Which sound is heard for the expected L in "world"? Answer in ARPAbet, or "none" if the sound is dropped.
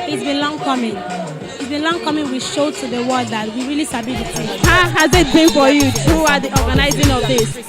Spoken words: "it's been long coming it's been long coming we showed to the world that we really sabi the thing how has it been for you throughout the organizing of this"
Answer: none